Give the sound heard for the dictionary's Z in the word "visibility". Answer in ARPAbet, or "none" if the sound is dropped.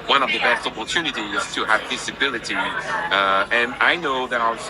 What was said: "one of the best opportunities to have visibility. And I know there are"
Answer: S